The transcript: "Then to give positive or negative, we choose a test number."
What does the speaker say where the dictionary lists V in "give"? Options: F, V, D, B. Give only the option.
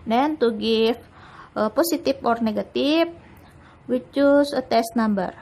F